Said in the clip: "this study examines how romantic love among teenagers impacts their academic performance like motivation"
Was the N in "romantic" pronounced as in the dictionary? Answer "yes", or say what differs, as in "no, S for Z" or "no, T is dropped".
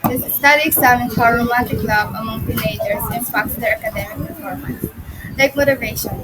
no, N is dropped